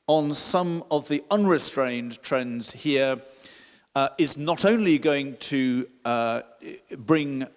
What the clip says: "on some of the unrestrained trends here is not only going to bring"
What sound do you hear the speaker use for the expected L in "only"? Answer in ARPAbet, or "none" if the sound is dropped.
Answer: L